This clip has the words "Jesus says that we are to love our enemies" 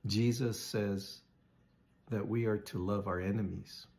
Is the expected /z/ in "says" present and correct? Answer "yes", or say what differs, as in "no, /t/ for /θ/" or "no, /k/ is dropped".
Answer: yes